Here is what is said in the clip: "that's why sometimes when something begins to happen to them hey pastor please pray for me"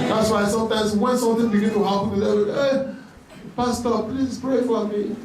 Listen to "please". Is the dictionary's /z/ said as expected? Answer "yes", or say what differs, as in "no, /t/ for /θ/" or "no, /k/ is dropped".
no, /s/ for /z/